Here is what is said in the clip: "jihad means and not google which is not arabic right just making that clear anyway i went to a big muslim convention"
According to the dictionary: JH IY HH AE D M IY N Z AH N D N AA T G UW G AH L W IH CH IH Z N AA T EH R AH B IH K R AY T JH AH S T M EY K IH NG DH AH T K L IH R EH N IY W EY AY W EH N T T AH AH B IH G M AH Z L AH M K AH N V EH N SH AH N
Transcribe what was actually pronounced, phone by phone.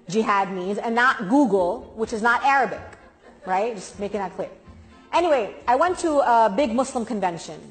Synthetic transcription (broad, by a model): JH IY HH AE D M IY N Z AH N N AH T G UW G L W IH CH IH Z N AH T EH R AH B IH K R AY T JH AH S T M EY K IH NG DH AH T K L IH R EH N IY W EY AY W EH N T T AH AH B IH G M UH S L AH M K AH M V EH N SH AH N